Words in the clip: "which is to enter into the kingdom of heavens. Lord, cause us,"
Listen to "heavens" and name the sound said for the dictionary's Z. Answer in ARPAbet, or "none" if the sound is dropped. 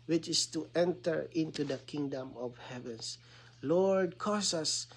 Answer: S